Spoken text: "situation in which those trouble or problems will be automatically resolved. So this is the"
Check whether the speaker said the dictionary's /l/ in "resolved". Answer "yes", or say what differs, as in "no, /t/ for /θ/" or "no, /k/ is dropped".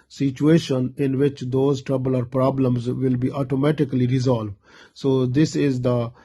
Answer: yes